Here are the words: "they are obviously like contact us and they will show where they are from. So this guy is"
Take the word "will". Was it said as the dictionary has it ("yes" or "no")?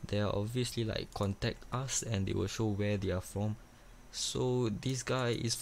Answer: yes